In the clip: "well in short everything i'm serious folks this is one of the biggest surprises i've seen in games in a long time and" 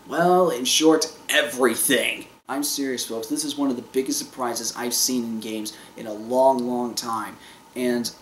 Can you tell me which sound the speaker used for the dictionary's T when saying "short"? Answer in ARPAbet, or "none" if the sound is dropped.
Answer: T